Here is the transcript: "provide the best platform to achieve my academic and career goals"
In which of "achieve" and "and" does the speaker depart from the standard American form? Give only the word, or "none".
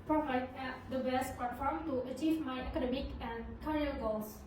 none